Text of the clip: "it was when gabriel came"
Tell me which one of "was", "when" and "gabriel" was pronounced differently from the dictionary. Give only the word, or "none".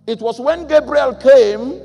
was